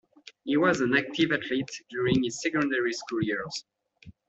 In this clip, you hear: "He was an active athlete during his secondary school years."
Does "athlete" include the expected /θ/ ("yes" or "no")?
no